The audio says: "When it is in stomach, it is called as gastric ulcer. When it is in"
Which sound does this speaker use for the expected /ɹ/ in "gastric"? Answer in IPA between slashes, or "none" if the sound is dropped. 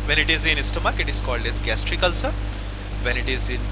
/ɹ/